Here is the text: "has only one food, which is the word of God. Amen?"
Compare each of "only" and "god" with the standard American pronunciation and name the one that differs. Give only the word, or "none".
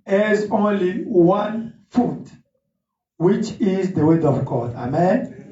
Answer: none